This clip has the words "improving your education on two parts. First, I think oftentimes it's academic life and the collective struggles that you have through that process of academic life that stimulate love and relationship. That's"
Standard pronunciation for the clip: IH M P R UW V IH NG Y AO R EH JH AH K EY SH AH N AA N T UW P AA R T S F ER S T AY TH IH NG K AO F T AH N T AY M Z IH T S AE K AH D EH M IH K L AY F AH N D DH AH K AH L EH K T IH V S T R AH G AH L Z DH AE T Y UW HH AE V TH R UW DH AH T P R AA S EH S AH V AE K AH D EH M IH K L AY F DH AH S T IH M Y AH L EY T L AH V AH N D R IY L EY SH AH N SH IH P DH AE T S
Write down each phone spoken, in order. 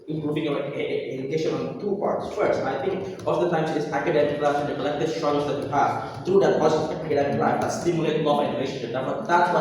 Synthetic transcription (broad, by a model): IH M P R UW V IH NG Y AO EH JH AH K EY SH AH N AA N T UW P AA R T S F ER S T AY T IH NG K AO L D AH T AY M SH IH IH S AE K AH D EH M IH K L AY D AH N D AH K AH L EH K T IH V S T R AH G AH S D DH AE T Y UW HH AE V T R UW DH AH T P AA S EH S AE K AH D EH M IH K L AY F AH S T IH M Y AH L EY T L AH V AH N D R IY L EY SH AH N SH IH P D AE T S